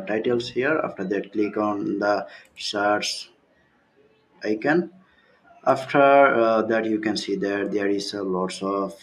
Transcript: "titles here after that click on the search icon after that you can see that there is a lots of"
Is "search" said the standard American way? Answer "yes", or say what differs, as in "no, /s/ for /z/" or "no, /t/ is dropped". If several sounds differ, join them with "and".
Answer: no, /s/ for /tʃ/